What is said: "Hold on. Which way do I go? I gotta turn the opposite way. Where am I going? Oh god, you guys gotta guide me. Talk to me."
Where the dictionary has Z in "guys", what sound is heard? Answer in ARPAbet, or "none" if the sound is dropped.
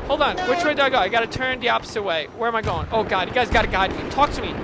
Z